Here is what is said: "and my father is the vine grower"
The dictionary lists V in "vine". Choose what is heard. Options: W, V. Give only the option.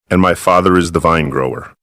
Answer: V